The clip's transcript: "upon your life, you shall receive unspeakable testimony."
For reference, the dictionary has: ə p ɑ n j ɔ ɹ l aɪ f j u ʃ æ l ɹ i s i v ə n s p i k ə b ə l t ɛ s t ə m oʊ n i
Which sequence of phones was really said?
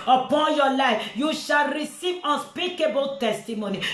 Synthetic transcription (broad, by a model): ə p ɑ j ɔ l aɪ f j u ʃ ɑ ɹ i s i ə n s p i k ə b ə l t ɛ s t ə m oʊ n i